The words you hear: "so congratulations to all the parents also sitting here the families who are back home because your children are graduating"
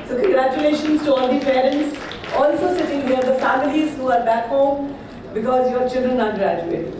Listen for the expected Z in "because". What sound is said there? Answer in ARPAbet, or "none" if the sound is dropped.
Z